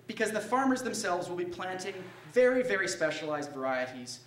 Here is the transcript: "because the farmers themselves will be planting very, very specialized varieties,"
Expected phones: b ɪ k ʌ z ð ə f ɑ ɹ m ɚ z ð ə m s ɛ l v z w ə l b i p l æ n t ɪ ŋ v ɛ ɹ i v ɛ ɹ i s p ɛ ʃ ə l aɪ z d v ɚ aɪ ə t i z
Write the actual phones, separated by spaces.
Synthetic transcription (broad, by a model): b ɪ k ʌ z ð ə f ɑ ɹ m ɚ z ð ə m s ɛ l v z w ə l b i p l æ n t ɪ ŋ v ɛ ɹ i v ɛ ɹ i s p ɛ ʃ ə l aɪ z d v ɚ aɪ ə t i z